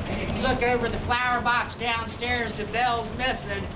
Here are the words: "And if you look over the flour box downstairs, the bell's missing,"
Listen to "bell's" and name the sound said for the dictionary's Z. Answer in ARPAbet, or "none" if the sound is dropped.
Z